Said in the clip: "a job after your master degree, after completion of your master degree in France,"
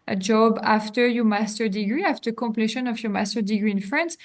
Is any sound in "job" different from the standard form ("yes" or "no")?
no